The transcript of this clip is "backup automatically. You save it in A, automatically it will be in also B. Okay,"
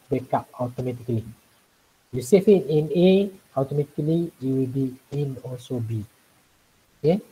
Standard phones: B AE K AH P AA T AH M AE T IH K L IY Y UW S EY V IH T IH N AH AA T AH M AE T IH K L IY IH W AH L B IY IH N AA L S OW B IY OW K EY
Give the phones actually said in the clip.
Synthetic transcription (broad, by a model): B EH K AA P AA T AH M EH T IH K L IY Y UW S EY F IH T IH N AH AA T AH M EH T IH K L IY IH W AH L B IY IH N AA S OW B IY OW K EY